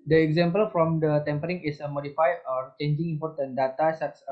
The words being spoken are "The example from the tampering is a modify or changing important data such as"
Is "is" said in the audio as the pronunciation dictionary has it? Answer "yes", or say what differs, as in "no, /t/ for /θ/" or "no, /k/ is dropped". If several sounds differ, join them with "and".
no, /s/ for /z/